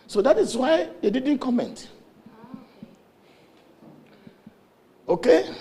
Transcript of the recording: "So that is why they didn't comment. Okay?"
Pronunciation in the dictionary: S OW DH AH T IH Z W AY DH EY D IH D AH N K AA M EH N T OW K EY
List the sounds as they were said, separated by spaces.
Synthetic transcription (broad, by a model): S OW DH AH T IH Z W AY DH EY D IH D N K AA M EH N T OW K EY